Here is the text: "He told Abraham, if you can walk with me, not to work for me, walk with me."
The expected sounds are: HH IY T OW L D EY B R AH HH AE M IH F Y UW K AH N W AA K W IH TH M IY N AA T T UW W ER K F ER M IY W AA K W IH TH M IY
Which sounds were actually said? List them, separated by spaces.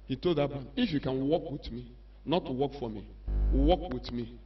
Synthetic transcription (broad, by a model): HH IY T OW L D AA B AH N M IH F Y UW K AH N W AA K W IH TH M IY N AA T T UW W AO K F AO M IY W AA K W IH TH M IY